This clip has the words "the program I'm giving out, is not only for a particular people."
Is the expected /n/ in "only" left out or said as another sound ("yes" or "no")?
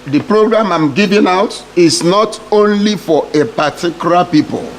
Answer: no